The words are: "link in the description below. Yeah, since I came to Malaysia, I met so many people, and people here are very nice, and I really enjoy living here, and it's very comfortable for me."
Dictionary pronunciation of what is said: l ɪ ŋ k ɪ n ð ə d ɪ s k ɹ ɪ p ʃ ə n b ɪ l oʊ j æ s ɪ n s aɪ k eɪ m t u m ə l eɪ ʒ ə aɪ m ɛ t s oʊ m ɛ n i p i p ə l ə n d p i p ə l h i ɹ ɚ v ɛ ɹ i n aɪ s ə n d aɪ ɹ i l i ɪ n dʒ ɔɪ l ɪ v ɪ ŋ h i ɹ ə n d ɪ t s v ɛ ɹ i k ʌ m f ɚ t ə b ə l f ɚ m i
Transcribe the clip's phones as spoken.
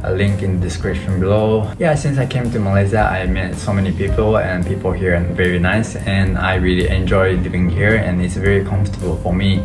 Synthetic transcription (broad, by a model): l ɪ ŋ k ɪ n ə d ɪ s k ɹ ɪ ʃ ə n b ɪ l oʊ j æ s ɪ n s aɪ k eɪ m t u m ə l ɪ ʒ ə aɪ m ɛ t s oʊ m ɛ n i p i p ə l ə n p i p ə l h i ɹ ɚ v ɛ ɹ i n aɪ s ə n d aɪ ɹ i l i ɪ n dʒ ɔɪ l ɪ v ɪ ŋ h i ɹ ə n ɪ t s v ɛ ɹ i k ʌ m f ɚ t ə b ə l f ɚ m i